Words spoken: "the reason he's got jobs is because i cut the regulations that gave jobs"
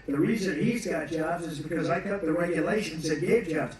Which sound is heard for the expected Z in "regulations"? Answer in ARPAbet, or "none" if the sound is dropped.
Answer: Z